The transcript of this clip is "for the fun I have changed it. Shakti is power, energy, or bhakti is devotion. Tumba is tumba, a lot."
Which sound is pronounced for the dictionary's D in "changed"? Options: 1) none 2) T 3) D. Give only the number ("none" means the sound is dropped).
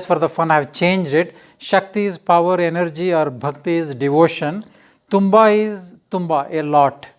3